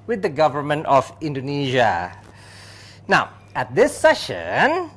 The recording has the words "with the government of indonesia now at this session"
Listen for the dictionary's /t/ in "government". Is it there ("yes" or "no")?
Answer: yes